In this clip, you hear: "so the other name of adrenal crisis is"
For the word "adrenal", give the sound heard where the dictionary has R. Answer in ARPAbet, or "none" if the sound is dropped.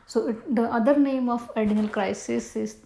none